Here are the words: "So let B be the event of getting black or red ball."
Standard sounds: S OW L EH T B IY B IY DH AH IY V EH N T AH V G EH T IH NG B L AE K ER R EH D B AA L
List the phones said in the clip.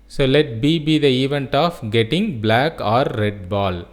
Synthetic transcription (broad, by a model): S OW L EH T B IY B IY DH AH IY V EH N T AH F G EH T IH NG B L AE K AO R EH D B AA L